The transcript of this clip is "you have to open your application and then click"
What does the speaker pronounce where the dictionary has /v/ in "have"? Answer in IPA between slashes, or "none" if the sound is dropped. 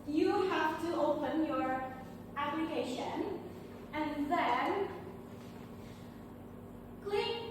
/f/